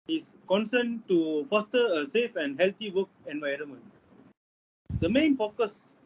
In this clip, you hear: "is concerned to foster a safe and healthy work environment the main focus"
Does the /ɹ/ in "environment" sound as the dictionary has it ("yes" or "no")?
yes